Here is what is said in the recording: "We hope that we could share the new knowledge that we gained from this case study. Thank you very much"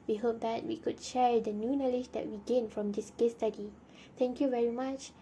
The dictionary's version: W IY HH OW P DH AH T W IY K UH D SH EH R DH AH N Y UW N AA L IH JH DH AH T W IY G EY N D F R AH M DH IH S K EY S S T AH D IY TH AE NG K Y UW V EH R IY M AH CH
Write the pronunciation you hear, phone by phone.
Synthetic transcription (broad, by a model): W IY HH OW P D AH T W IY K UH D SH EH R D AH N Y UW N AA L IH JH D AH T W IY G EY N F R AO M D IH S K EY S S T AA D IY T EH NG K Y UW V EH R IY M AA CH